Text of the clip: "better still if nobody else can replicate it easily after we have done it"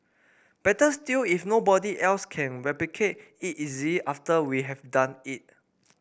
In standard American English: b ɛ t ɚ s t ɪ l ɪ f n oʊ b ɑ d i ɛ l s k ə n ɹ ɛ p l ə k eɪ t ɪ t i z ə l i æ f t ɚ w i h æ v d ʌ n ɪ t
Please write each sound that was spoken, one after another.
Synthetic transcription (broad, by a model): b ɛ t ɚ s t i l ɪ f n oʊ b ɑ d i ɛ l s k ə n ɹ ɛ p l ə k eɪ t ɪ t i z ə i f t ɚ w i h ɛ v d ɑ n ɪ t